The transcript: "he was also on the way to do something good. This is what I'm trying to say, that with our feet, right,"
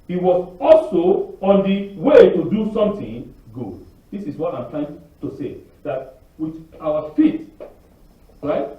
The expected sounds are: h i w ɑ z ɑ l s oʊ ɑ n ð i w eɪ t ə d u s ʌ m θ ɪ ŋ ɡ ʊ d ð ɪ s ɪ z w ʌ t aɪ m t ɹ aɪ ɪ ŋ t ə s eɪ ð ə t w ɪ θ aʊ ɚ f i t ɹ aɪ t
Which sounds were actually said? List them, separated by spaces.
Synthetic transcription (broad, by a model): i w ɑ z ɑ l s oʊ ɑ n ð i w eɪ t ə d u s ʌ m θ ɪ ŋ ɡ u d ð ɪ s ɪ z w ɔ t aɪ m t l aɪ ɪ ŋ t ə s eɪ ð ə t w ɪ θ aʊ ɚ f i t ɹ aɪ t